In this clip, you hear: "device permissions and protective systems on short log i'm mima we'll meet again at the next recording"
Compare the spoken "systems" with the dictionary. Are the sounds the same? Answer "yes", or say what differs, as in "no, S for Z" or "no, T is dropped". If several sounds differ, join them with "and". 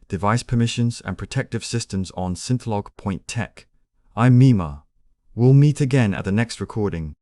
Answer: yes